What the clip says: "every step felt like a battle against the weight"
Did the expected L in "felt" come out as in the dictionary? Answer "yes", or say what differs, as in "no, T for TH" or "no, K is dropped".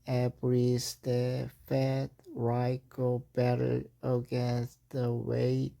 no, L is dropped